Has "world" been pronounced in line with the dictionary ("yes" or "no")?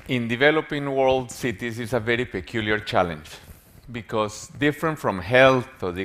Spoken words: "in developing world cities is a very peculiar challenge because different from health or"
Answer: yes